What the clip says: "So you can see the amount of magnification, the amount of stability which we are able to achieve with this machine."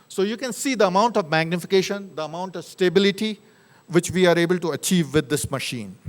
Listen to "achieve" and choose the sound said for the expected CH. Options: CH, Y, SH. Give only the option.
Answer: CH